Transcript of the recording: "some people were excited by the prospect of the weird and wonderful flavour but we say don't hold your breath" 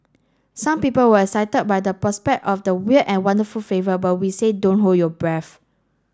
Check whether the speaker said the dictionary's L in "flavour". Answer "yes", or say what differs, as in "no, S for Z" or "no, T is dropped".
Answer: no, L is dropped